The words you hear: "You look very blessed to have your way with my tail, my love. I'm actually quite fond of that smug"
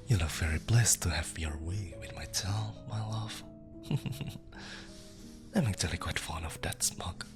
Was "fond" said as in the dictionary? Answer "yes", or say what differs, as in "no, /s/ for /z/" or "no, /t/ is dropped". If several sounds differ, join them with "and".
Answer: no, /d/ is dropped